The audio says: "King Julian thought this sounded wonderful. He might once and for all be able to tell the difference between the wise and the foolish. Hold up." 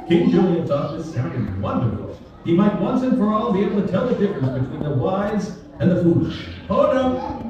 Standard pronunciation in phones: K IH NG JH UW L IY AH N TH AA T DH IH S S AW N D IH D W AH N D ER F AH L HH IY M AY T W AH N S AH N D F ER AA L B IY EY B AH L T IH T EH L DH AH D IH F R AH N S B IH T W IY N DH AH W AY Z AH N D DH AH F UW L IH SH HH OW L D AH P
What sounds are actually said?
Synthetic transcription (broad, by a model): K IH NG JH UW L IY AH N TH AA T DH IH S S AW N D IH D W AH N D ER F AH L HH IY M AY T W AH N S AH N F ER AA L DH IY EY B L T IH T EH L DH AH D IH F R AH N S B IH T W IY N DH AH W AY Z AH N DH AH F UW L IH SH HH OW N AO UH